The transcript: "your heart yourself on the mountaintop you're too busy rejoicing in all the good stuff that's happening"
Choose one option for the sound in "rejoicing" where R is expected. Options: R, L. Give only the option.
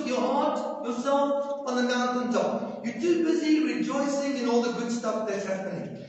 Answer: R